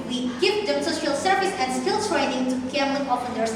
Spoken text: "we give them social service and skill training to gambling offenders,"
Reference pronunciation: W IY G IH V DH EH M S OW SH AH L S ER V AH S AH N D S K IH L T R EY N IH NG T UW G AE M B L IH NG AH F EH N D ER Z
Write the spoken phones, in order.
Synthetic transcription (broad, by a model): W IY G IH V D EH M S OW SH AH L S ER V AH S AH N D S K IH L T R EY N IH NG T UW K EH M L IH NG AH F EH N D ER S